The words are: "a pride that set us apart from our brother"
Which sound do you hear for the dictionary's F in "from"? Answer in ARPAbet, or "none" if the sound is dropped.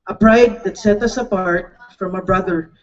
F